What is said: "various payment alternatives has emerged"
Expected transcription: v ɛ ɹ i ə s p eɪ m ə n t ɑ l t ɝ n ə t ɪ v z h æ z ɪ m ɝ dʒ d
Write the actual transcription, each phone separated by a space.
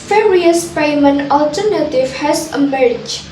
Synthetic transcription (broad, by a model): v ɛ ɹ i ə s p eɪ m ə n ɑ l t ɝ n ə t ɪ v h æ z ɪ m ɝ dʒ